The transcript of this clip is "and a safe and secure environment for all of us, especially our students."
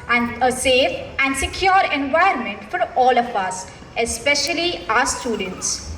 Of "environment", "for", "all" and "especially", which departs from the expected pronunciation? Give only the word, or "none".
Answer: environment